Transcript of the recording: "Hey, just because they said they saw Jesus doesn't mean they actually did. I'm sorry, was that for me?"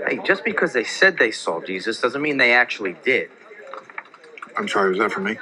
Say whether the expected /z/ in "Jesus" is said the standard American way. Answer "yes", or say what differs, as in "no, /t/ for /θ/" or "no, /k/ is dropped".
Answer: yes